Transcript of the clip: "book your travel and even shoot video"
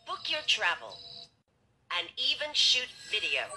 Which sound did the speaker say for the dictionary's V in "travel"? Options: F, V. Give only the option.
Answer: V